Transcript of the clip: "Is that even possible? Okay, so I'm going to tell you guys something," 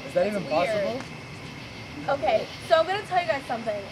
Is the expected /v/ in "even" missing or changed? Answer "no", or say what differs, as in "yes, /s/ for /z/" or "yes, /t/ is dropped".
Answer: no